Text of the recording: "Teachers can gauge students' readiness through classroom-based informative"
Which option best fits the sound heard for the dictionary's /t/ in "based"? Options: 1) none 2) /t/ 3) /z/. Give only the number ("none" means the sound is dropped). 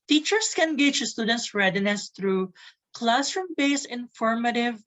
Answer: 1